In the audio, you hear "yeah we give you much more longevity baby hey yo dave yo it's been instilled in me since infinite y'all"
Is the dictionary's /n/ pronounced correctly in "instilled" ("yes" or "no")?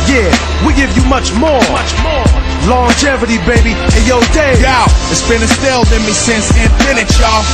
no